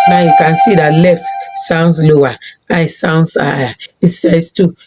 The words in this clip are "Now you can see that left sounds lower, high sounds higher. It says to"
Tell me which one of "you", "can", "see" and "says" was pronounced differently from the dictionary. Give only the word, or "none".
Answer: says